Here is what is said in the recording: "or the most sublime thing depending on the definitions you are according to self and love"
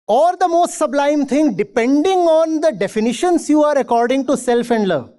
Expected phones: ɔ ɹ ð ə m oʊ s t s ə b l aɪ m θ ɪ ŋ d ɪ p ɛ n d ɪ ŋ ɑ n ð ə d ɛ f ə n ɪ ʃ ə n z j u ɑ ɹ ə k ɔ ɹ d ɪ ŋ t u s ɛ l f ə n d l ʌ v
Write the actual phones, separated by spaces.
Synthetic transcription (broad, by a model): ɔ ɹ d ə m oʊ s t s ə b l aɪ m t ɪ ŋ d ɪ p ɛ n d ɪ ŋ ɑ n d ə d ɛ f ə n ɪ ʃ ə n s j u ɑ ɹ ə k ɔ ɹ d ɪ ŋ t u s ɛ l f ə n d l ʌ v